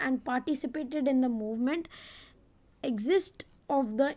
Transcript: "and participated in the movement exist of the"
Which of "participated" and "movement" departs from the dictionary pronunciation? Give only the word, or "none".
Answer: none